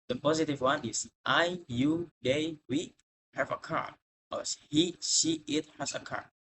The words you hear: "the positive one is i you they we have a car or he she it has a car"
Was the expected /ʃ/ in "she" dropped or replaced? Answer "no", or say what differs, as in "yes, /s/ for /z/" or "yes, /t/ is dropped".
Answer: yes, /s/ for /ʃ/